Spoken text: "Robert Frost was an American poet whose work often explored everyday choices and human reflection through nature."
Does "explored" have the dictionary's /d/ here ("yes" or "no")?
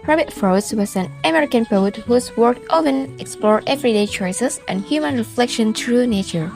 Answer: no